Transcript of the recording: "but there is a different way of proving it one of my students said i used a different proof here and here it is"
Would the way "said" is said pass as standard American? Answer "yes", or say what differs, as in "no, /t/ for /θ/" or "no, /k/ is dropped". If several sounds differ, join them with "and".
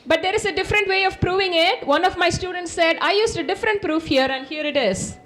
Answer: yes